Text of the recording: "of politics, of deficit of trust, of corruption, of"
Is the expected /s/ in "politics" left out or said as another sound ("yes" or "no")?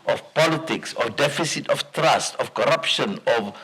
no